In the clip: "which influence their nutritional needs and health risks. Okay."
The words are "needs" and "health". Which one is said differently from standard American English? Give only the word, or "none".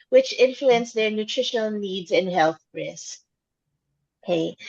none